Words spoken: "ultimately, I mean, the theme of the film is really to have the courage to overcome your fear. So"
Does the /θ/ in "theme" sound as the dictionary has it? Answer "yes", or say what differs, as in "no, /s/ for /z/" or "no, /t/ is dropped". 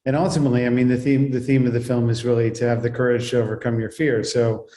yes